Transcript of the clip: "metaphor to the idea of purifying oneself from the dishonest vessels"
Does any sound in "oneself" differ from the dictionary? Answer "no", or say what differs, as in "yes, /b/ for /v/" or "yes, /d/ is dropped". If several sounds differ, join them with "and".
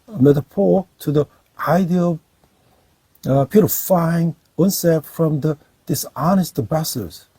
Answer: yes, /l/ is dropped